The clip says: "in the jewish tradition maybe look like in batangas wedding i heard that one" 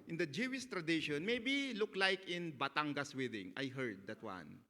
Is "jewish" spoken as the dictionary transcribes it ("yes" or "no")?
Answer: no